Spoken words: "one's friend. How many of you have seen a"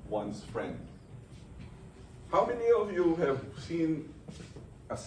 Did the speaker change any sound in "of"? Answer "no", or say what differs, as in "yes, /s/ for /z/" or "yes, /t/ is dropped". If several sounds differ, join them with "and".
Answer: no